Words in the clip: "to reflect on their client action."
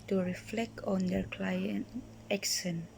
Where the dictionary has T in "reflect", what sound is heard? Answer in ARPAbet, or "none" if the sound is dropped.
T